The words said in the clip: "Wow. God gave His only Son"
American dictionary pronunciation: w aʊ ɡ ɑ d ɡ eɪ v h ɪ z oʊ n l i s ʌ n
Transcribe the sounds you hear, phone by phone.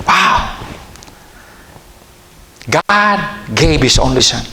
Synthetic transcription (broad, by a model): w aʊ ɡ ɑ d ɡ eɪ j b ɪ s oʊ n l i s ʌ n